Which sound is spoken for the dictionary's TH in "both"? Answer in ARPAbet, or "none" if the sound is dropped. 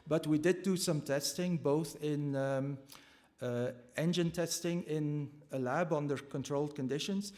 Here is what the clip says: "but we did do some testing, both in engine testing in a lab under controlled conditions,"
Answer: TH